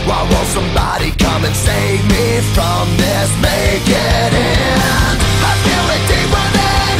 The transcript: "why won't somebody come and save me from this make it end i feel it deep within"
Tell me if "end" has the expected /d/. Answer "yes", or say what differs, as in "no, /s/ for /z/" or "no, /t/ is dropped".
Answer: no, /d/ is dropped